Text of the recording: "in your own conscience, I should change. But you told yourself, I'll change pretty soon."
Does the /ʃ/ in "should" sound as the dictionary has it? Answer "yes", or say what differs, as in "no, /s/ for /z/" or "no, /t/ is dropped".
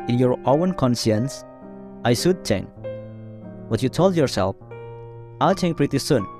no, /s/ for /ʃ/